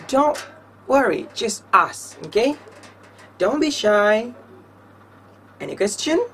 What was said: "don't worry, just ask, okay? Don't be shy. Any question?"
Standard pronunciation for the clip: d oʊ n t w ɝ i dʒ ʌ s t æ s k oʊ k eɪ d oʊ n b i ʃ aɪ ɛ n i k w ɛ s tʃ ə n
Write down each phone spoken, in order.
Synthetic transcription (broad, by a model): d oʊ n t w ɝ i dʒ ʌ s t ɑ s oʊ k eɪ d oʊ n b i ʃ aɪ ɛ n i k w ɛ s tʃ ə n